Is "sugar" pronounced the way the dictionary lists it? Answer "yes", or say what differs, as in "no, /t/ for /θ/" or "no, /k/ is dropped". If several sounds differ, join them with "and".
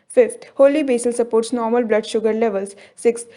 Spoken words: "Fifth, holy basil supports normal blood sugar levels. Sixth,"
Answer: yes